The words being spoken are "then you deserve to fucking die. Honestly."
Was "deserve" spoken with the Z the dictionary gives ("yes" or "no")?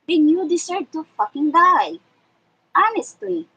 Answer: no